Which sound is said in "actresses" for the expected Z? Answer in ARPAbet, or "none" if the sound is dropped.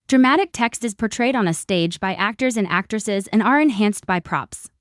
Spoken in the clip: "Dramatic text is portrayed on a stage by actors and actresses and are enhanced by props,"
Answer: Z